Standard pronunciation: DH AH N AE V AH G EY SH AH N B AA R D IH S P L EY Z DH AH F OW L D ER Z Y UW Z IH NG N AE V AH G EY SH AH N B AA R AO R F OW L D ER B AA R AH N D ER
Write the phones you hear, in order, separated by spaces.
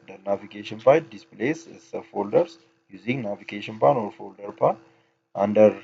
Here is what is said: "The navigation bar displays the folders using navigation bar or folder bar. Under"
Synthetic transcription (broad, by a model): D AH N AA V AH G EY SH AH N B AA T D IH S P L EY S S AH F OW L D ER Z Y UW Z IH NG N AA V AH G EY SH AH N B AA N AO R F OW L D ER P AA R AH N D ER